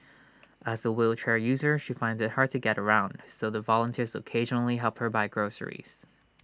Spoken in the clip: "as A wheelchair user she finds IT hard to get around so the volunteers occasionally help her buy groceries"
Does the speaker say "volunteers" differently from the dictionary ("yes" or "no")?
no